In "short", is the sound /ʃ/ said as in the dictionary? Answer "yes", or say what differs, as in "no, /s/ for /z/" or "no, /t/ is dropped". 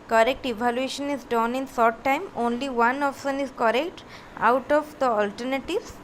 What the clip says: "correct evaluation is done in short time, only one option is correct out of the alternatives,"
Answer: no, /s/ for /ʃ/